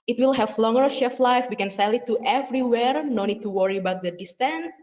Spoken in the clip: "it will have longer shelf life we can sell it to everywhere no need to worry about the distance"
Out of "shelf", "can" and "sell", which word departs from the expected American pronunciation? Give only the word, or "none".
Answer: shelf